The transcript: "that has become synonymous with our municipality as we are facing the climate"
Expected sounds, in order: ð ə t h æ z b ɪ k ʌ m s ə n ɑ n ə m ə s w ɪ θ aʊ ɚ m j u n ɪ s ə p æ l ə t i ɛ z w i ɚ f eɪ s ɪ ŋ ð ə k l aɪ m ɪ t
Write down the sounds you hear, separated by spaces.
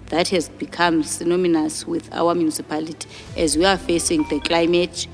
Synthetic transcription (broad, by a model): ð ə t h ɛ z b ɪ k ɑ m s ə n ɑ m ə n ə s w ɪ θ aʊ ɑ m j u n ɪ s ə p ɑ l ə t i ɛ z w i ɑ f eɪ s ɪ ŋ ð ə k l aɪ m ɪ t